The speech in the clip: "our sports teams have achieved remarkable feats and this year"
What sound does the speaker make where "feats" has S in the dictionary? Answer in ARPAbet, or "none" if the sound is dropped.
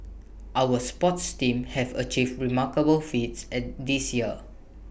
S